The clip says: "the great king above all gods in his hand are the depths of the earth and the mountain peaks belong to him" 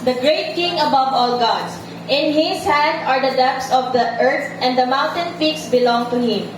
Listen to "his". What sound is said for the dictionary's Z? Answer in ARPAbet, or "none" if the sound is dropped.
S